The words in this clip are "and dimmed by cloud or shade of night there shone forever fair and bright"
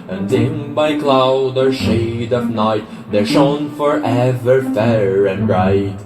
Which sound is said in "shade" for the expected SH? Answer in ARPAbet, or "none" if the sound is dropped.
SH